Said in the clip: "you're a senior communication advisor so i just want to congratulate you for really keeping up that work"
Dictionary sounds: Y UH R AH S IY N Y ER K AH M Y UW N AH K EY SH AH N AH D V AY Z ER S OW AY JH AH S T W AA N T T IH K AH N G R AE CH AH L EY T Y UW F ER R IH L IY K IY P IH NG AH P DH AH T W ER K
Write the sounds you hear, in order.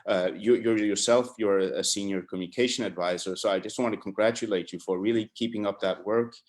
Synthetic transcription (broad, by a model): Y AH R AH S IY N Y ER K M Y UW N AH K EY SH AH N AH D V AY Z ER S OW AY JH AH S T W AA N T T IH K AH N G R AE CH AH L EY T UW F ER R IH L IY K IY P IH NG AH P DH AH T W ER K